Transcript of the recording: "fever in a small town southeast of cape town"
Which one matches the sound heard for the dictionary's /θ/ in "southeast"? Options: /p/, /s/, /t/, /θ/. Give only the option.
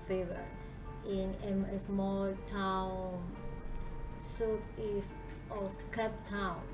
/t/